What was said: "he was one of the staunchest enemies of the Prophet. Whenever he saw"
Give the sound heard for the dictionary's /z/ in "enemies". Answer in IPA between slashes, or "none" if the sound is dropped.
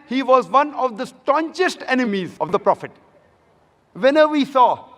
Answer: /z/